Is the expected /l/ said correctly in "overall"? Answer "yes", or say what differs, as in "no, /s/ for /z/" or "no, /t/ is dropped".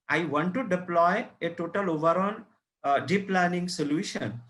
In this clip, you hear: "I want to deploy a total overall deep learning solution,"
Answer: no, /n/ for /l/